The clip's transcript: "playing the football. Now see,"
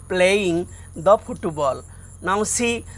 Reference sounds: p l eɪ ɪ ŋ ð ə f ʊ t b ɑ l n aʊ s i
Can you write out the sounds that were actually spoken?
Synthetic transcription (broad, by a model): p l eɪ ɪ ŋ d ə p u t b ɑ l n aʊ s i